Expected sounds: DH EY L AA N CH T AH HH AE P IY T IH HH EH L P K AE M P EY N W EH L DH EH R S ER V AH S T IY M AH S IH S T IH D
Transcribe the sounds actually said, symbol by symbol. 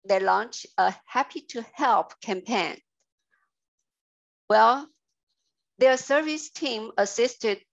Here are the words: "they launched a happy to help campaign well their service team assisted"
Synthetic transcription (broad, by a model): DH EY L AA N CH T AH HH AE P IY T IH HH EH L P K AE M P EY N W EH L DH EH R S ER V AH S T IY M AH S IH S T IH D